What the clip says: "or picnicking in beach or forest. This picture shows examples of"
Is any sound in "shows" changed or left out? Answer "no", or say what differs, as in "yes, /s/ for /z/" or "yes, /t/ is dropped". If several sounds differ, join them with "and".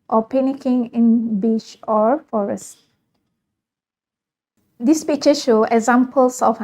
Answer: yes, /z/ is dropped